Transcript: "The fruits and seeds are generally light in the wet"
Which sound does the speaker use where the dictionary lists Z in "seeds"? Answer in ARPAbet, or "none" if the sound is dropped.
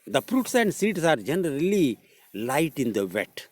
S